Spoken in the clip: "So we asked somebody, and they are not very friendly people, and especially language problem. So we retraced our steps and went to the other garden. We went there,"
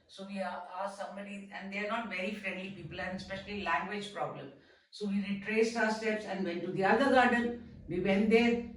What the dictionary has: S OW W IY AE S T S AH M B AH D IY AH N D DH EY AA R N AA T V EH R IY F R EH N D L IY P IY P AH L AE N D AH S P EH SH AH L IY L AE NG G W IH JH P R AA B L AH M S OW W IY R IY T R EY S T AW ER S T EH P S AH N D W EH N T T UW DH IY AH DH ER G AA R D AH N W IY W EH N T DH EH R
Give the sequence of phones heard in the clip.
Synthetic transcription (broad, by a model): S OW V IY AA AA S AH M AH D IY AH N D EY AA R N AA T V EH R IY F R EH N D L IY P IY P AH L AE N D AH S P EH SH AH L IY L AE NG G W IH JH P R AA B L AH M S OW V IY R IY T R EY S T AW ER S T EH P S AH N D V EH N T T UW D IY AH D ER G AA R D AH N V IY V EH N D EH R